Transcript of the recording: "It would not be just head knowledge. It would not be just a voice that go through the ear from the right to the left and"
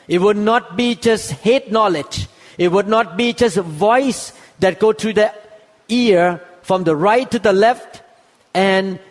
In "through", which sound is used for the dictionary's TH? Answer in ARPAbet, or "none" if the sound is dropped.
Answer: T